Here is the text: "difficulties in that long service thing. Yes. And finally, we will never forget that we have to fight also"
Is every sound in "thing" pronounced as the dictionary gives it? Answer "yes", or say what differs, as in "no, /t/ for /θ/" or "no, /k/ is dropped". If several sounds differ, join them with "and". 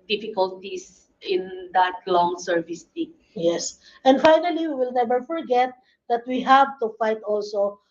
no, /t/ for /θ/